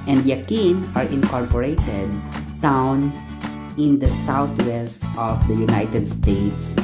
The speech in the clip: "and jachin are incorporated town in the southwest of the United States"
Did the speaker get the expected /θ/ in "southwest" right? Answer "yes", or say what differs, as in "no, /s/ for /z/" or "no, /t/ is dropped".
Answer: no, /t/ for /θ/